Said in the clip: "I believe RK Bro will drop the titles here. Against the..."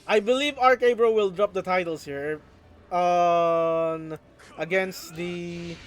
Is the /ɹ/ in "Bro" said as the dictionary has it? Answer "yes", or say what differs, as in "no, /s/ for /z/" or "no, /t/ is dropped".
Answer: yes